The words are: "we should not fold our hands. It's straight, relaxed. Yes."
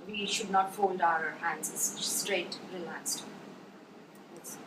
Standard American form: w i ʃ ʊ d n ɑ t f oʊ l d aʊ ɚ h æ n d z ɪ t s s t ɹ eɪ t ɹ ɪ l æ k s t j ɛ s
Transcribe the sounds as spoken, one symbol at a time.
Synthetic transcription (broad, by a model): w i ʃ ʊ d n ɑ t f oʊ l d aʊ ɚ h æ n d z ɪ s s t ɹ eɪ t ɹ ɪ l æ k s t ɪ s